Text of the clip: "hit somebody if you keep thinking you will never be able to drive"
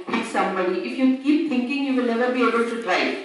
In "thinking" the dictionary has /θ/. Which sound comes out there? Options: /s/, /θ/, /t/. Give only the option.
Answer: /t/